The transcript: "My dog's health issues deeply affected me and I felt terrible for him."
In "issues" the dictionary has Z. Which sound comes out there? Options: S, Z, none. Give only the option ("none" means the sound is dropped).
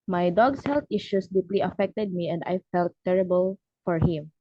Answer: S